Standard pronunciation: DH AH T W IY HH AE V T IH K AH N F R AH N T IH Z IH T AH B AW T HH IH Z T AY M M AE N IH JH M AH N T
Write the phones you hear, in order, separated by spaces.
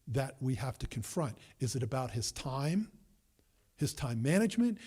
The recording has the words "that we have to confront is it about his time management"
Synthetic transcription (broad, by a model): DH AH T W IY HH AE F T IH K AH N F R AH N T IH Z IH T AH B AW T HH IH Z T AY M M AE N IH JH M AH N T